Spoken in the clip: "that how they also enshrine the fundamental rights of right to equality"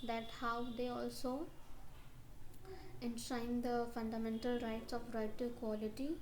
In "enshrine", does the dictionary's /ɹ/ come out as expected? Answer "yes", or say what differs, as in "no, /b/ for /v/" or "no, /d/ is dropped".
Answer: no, /ɹ/ is dropped